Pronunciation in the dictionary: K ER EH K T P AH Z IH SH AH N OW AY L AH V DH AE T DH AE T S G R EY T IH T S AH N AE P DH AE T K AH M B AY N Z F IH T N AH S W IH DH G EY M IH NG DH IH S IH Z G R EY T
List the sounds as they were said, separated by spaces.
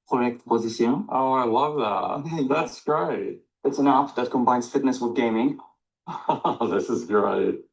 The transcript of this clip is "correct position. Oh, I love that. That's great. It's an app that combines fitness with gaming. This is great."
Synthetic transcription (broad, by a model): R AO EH K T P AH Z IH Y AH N OW AY L AH V DH AE T DH AE T S G R EY T IH T S AH N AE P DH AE T K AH M B AY N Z F IH T N AH S W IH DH G EY M IH NG DH IH S IH Z G R EY T